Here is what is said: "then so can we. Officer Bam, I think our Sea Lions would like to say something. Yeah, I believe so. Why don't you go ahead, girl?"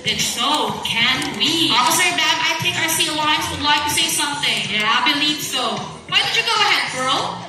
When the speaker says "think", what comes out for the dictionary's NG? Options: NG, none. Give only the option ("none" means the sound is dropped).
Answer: none